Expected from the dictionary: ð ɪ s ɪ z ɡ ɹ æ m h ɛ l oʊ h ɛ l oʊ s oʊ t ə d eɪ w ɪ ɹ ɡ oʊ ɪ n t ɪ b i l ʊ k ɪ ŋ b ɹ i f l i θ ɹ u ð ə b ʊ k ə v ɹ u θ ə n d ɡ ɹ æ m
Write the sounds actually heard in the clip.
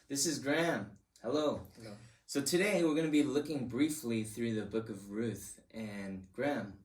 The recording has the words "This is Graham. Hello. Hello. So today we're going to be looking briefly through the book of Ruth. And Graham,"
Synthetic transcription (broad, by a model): ð ɪ s ɪ z ɡ ɹ æ m h ɛ l oʊ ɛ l s oʊ t ə d eɪ w ɪ ɹ ɡ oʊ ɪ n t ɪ b i l ʊ k ɪ ŋ b ɹ i f l i θ ɹ u ð ə b ʊ k ə v ɹ u θ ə n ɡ ɹ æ m